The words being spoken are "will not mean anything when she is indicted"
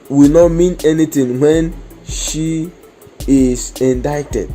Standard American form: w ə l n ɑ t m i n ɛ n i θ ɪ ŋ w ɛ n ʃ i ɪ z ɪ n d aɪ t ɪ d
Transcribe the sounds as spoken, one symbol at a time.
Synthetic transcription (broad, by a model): w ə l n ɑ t m i n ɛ n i t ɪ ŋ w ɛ n ʃ i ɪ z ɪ n d aɪ t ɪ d